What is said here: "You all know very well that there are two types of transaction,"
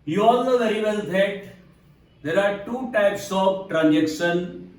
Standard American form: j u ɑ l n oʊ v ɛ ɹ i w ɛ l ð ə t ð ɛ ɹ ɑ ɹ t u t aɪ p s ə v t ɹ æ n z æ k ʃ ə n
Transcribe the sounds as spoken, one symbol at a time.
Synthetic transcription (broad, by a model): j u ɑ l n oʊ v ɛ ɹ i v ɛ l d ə t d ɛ ɹ ɑ ɹ t u t aɪ p s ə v t ɹ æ n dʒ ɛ k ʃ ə n